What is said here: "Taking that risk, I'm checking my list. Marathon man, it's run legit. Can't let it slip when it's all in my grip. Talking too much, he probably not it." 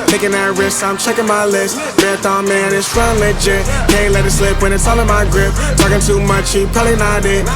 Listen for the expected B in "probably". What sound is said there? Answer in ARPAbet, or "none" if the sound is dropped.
none